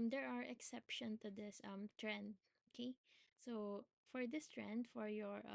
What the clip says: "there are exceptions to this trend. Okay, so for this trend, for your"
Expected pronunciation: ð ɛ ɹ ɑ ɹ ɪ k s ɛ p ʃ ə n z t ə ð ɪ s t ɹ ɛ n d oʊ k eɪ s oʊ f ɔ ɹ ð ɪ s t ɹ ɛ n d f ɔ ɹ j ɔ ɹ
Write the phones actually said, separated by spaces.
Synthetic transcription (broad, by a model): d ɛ ɹ ɑ ɹ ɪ k s ɛ p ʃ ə n t ə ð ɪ s t ɹ ɛ n d oʊ k eɪ s oʊ f ɔ ɹ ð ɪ s t ɹ ɛ n d f ɔ ɹ j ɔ ɹ